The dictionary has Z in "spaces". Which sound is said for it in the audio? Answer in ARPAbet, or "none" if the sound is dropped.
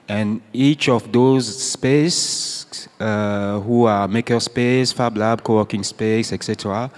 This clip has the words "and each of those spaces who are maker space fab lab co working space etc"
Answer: none